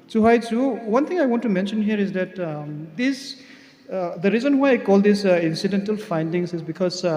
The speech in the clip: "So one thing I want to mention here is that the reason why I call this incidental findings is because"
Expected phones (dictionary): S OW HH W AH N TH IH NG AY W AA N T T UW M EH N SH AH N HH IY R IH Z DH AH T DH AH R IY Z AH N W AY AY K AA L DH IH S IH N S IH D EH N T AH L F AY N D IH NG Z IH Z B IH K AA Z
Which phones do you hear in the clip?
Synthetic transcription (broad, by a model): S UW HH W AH N T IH NG AY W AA N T T UW M EH N SH AH N HH IY R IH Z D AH T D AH R IY Z AH N W AY AY K AA L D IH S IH N S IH D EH N T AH L F AY N D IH NG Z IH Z B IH K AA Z